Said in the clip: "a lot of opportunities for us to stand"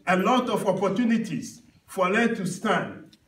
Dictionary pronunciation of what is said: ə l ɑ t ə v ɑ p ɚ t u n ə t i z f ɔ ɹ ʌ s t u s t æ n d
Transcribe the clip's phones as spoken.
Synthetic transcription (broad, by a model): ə l ɑ t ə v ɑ p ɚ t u n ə t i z f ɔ l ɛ t u s t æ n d